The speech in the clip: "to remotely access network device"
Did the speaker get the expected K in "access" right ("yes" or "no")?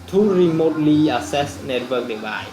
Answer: no